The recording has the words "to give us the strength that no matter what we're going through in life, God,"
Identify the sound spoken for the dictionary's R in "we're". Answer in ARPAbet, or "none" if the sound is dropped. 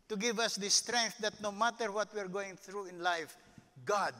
R